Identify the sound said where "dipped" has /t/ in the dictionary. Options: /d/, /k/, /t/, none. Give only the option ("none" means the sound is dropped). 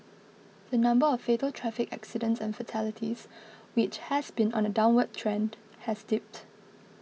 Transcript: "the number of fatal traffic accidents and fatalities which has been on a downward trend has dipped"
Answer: /t/